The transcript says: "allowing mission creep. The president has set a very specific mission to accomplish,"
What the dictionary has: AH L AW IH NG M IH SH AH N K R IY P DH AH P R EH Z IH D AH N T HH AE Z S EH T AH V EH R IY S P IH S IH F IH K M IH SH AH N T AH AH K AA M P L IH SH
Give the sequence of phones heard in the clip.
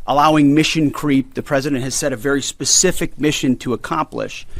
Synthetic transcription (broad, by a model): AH L AW IH NG M IH SH AH N K R IY P DH AH P R EH Z IH D AH N T HH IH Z S EH T AH V EH R IY S P IH S IH F IH K M IH SH AH N T AH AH K AA M P L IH SH